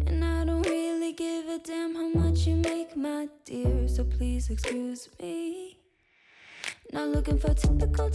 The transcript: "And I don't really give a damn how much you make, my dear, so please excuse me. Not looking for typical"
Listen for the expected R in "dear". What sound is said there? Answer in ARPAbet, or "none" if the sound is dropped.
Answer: R